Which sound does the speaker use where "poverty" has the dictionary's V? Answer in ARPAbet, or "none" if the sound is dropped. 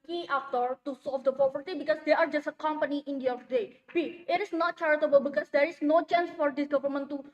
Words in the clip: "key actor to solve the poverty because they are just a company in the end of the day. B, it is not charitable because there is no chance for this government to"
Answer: P